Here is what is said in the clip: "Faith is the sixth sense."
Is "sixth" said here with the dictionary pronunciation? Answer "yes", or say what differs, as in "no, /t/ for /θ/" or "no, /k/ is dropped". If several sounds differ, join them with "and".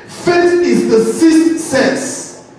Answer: no, /k/ is dropped and /t/ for /θ/